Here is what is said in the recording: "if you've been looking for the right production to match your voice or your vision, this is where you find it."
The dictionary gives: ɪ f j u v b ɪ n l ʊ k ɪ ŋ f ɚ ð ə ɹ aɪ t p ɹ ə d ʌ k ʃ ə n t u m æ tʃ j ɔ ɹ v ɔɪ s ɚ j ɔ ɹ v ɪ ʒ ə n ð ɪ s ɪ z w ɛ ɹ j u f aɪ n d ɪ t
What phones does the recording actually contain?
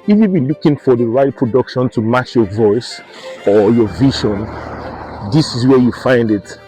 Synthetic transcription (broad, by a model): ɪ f j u b ɪ n l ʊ k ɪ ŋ f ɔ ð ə ɹ aɪ t p ɹ ə d ʌ k ʃ ə n t u m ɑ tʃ j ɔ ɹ v ɔɪ s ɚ j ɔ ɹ v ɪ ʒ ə n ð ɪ s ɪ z w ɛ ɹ j u f aɪ n d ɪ t